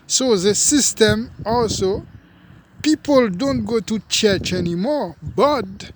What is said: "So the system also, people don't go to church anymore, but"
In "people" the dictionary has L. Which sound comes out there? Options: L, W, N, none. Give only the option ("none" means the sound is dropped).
L